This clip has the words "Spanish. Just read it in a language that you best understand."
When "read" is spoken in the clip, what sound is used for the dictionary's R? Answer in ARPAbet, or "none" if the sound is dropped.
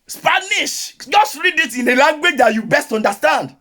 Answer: R